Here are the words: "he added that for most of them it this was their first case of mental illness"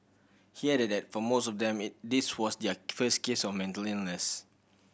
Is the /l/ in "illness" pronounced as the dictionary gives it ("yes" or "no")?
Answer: no